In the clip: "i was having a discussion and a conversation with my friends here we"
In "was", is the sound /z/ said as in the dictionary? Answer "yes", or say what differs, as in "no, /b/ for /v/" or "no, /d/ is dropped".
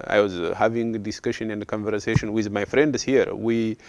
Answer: yes